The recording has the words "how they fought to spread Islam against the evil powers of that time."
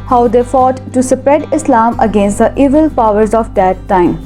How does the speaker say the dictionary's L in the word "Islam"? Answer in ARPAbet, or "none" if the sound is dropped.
L